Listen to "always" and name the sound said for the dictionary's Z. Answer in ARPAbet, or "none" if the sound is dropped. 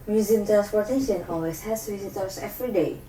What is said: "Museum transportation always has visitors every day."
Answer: S